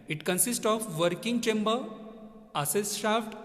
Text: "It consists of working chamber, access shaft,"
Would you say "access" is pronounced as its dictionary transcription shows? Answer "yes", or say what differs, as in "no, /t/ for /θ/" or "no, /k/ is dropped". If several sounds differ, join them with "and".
no, /k/ is dropped